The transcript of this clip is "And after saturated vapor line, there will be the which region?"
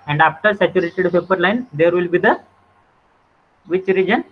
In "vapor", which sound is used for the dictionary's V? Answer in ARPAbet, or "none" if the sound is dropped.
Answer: P